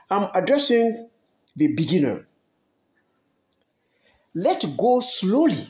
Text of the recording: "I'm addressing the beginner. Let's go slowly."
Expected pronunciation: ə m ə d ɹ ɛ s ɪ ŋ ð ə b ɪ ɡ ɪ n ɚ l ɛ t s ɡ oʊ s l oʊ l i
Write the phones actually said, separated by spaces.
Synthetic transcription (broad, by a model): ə m ə d ɹ ɛ s ɪ ŋ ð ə b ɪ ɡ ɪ n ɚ l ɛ t ɡ oʊ s l oʊ l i